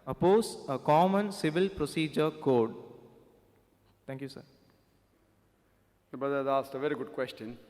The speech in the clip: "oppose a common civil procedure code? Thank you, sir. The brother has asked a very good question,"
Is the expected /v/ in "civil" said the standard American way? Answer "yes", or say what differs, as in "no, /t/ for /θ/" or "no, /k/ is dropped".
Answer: yes